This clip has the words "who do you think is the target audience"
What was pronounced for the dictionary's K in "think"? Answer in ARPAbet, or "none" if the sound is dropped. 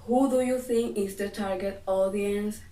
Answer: none